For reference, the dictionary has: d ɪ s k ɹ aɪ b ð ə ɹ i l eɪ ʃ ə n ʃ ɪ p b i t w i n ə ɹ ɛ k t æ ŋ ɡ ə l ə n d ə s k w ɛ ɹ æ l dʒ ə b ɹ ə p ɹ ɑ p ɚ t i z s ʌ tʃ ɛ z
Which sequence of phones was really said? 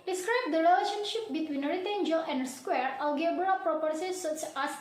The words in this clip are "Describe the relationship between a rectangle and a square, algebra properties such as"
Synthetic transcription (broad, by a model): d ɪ s k ɹ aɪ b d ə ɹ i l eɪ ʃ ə n ʃ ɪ p b i t w i n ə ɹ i t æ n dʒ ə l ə n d s k w ɛ ɹ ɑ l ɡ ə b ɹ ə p ɹ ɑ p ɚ s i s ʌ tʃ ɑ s